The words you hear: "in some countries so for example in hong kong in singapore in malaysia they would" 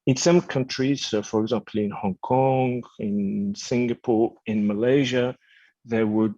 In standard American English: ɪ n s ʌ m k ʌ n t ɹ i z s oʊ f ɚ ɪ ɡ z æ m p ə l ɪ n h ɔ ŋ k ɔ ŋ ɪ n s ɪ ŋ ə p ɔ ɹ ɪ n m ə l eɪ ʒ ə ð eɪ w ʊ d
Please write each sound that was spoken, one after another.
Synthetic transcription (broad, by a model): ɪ n s ʌ m k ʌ n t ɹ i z s oʊ f ɚ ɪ ɡ z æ m p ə l ɪ n h ɔ ŋ k ɔ ŋ ɪ n s ɪ ŋ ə p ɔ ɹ ɪ n m ə l eɪ ʒ ə ð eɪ w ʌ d